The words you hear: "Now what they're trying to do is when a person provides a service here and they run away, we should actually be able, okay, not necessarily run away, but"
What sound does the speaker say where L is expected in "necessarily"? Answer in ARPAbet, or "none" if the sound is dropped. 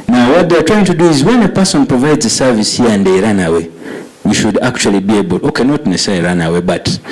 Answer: none